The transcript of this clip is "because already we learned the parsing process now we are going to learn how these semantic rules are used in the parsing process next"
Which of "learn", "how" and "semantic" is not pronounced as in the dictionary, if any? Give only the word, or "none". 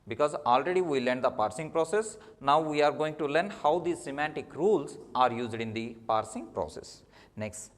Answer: none